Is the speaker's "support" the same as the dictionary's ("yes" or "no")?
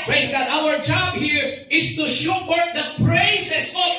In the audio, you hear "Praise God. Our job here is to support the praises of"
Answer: no